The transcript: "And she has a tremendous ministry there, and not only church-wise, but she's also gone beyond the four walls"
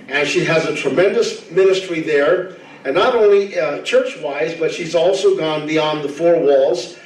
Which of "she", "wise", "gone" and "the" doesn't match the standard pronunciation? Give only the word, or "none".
none